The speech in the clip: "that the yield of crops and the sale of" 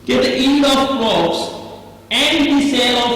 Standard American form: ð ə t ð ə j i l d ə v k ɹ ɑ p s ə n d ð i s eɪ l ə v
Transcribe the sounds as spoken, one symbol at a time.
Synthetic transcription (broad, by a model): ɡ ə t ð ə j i n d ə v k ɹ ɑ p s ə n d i s eɪ l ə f